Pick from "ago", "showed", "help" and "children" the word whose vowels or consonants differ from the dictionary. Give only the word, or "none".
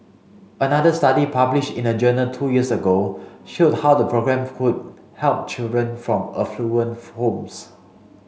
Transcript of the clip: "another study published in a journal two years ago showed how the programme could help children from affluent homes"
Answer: none